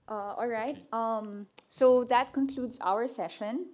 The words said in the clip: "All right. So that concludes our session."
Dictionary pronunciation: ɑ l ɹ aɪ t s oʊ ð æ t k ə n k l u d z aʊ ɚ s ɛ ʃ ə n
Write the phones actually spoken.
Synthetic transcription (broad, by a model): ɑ l ɹ aɪ t s oʊ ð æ t k ə n k l u d z aʊ ɚ s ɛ ʃ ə n